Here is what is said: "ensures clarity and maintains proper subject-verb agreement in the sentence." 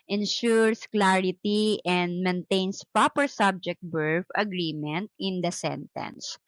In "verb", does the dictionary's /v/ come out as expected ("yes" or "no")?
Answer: no